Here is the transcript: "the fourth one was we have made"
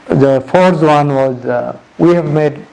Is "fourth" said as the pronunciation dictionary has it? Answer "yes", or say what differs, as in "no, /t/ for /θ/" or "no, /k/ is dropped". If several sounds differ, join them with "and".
no, /s/ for /θ/